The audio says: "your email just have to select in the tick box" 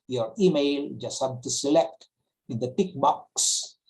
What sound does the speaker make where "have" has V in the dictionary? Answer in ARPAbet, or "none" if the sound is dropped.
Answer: B